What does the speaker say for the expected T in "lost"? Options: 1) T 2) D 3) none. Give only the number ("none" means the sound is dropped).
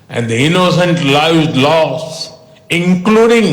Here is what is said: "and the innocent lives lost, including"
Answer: 3